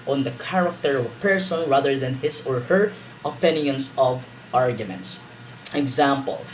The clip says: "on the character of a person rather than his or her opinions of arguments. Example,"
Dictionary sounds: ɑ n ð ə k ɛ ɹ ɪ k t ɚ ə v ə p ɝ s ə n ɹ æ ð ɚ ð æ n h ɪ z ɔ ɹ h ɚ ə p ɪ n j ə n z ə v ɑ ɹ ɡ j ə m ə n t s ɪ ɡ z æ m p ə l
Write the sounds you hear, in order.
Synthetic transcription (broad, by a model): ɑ n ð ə k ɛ ɹ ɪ k t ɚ ə v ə p ɝ s ə n ɹ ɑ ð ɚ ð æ n h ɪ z ɔ ɹ h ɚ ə p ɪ n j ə n s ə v ɑ ɹ ɡ j ə m ə n t s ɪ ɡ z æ m p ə l